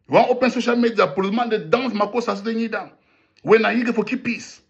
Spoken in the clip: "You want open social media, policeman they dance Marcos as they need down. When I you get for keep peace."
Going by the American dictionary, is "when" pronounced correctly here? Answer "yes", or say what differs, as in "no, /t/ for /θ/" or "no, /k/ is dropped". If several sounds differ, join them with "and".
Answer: yes